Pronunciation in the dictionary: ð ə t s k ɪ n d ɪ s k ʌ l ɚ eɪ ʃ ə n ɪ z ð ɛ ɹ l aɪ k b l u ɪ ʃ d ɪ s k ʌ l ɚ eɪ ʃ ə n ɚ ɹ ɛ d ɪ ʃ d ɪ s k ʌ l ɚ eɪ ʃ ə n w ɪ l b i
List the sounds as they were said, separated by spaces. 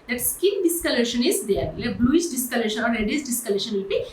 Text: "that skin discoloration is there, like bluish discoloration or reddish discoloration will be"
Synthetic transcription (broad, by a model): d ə t s k ɪ n d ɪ s k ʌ l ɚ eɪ ʃ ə n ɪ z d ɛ ɹ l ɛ b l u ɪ s d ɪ s k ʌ l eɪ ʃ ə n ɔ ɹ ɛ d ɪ s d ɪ s k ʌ l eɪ ʃ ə n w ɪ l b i